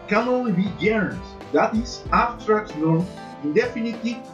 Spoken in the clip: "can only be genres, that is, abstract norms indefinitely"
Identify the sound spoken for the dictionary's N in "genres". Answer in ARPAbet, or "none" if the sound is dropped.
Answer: none